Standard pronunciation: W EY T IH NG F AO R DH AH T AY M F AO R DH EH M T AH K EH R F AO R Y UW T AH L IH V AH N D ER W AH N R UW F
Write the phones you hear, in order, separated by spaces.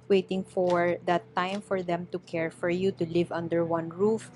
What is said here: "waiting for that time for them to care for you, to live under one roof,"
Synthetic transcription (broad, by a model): W EY T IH NG F AO R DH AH T AY M F AO R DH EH M T AH K EH R F AO R Y UW T AH L IH V AH N D ER W AH N R UW F